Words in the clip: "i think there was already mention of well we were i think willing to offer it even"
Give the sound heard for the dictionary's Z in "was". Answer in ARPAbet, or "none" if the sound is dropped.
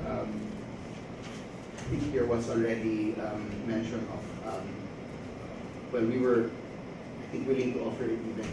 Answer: S